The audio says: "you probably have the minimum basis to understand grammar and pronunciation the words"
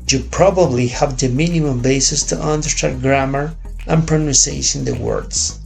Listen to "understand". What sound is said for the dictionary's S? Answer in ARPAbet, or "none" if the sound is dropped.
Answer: none